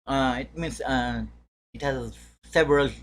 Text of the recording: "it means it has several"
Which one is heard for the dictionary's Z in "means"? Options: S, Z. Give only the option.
S